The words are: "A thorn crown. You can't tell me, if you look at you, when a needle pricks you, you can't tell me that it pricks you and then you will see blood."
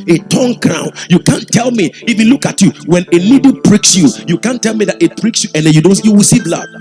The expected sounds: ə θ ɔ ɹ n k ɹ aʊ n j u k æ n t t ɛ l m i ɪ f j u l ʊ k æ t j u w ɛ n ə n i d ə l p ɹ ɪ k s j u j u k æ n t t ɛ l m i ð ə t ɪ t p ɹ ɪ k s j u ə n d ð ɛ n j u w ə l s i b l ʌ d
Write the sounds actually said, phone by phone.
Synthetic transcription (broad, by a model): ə t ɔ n k ɹ aʊ n j u k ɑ n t t ɛ l m i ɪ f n l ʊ k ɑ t j u w ɛ n ə l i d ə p ɹ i k s j u j u k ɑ n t t ɛ l m i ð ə t ɪ t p ɹ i k s j u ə n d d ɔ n j u w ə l s i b l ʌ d